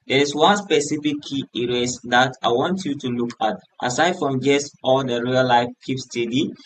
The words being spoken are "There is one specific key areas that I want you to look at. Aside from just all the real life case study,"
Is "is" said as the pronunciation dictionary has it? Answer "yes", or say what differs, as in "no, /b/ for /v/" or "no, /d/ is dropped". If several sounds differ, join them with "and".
no, /s/ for /z/